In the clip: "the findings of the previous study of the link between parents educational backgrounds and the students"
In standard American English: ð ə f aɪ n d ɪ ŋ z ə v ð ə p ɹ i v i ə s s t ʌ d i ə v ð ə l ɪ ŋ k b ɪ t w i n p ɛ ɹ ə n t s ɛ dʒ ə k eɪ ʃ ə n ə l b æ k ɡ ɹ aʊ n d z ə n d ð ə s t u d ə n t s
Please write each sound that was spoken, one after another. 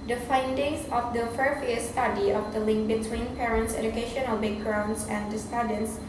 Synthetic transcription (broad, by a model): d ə f aɪ n d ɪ ŋ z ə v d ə f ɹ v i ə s s t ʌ d i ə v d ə l ɪ ŋ k b ɪ t w i n p ɛ ɹ ə n t s ɛ dʒ ə k eɪ ʃ ə n ə l b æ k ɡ ɹ aʊ n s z ə n d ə s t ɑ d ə n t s